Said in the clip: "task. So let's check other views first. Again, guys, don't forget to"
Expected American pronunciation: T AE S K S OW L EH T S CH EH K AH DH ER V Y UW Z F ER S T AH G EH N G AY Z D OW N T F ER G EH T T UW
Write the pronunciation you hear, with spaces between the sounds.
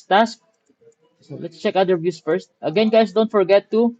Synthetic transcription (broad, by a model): T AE S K S OW L EH T S CH EH K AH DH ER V Y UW S F ER S T AH G EH N G AY S D OW N T F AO G EH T T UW